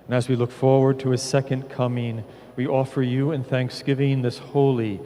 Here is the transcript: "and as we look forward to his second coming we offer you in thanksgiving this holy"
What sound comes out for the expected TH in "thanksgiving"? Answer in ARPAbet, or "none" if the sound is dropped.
TH